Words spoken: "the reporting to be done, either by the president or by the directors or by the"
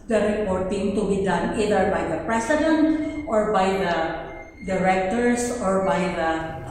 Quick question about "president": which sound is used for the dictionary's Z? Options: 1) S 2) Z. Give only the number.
1